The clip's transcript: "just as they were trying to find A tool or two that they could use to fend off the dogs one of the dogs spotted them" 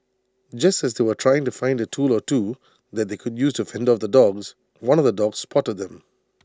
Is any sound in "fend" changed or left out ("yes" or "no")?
no